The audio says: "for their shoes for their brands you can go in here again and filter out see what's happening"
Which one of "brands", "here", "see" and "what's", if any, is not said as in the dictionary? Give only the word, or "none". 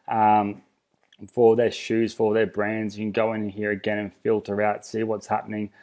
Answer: none